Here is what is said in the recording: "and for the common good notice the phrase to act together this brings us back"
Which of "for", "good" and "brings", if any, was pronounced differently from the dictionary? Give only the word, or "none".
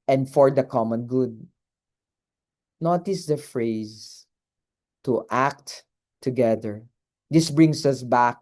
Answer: brings